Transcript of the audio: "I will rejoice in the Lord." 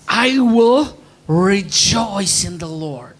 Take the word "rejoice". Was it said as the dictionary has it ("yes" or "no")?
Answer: yes